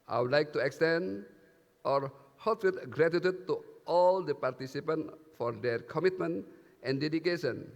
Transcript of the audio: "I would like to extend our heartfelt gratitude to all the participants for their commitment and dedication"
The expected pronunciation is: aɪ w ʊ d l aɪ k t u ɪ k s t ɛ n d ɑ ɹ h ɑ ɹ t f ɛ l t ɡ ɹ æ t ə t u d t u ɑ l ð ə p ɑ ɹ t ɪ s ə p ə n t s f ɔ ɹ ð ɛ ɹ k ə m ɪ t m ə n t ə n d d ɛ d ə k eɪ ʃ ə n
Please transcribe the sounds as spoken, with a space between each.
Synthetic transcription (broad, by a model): aɪ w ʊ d l aɪ k t u ɪ k s t ɛ n d ɑ ɹ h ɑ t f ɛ t ɡ ɹ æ t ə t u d t u ɑ l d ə p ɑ ɹ t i s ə p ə n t f ɔ ɹ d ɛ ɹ k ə m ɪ t m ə n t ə n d d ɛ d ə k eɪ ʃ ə n